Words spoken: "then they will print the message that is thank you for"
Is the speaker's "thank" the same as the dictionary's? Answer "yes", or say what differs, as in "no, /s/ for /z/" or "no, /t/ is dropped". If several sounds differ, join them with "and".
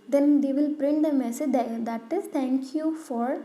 no, /t/ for /θ/